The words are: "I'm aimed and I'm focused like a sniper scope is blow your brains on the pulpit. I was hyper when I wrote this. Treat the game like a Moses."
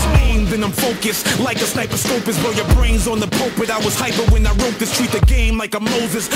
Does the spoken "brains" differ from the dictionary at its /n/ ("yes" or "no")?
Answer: no